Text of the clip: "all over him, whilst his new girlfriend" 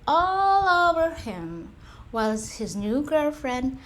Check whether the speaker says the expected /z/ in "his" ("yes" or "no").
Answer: yes